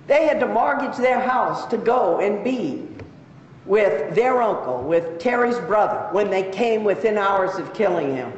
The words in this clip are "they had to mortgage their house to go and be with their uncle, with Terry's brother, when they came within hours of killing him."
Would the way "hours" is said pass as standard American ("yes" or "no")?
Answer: yes